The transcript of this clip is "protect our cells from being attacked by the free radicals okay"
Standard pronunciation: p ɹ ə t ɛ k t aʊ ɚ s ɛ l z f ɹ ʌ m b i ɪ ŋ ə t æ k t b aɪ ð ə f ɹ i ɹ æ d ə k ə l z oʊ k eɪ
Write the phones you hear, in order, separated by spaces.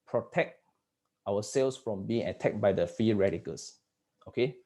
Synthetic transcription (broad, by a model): p ɹ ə t ɛ k t aʊ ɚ s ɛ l s f ɹ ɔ m b i ɪ ŋ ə t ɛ k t b aɪ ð ə f i ɹ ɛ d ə k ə l s oʊ k eɪ